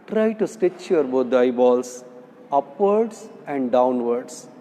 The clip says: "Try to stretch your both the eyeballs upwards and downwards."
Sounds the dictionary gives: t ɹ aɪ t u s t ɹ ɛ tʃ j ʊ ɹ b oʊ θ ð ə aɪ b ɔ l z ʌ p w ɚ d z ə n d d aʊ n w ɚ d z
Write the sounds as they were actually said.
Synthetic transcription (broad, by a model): t ɹ aɪ t u s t ɛ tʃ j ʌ ɹ b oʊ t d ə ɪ b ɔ l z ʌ p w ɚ d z ə n d d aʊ n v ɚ d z